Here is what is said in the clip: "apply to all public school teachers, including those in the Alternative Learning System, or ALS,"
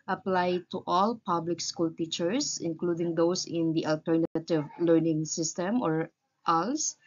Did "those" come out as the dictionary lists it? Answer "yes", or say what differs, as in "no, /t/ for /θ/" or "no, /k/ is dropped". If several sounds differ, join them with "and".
no, /s/ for /z/